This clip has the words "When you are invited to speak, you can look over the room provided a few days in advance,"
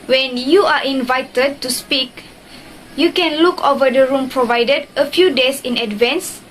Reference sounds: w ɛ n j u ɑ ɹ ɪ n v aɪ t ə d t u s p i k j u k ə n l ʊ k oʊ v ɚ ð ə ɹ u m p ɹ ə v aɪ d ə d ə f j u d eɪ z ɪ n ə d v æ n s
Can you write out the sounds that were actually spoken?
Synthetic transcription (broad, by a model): w ɛ n j u ɑ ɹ ɪ n v aɪ t ə d t u s p i k j u k ə n l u k oʊ v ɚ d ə ɹ u m p ɹ ə v aɪ d ə d ə f j u d eɪ s ɪ n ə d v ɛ n s